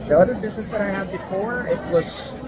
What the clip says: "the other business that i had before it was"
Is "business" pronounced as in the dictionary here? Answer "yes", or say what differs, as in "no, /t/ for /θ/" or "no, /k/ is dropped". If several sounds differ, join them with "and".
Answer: yes